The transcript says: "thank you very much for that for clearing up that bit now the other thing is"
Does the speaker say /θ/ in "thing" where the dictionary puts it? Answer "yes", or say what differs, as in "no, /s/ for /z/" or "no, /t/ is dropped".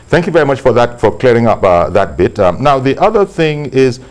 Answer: yes